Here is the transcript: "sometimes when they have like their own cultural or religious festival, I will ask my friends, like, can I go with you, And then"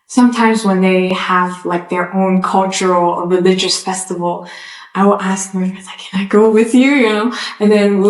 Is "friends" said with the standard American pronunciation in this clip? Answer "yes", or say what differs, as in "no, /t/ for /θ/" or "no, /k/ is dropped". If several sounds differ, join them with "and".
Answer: no, /n/ is dropped